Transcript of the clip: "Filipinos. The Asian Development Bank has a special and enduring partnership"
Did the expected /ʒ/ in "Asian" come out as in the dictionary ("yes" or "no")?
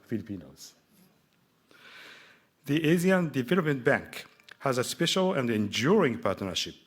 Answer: no